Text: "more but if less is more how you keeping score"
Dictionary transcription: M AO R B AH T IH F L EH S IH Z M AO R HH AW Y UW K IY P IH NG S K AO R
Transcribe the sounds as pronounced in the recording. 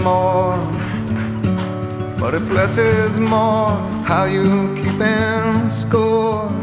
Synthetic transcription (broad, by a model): M AO R B AH T IH F L EH S IH Z M AO R HH AW Y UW K IY P IH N S K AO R